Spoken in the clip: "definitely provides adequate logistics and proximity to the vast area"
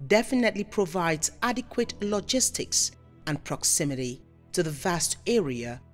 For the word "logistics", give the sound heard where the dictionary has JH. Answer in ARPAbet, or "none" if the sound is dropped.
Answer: JH